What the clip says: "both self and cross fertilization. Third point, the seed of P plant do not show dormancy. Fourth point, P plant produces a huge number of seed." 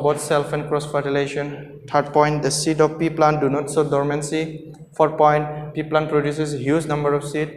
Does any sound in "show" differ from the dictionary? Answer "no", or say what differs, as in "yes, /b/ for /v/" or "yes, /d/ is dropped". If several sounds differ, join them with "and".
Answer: yes, /s/ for /ʃ/